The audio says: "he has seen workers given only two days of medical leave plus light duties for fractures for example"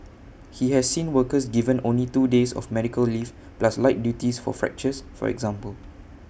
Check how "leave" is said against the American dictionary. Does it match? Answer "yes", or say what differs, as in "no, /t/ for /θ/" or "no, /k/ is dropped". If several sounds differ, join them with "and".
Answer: no, /f/ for /v/